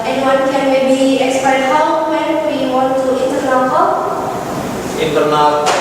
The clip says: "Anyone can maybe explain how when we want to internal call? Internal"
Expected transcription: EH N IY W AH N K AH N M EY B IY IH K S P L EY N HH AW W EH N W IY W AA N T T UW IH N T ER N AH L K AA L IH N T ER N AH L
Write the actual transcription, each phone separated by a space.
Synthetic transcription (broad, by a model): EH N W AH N K AH N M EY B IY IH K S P EY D HH AW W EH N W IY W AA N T T UW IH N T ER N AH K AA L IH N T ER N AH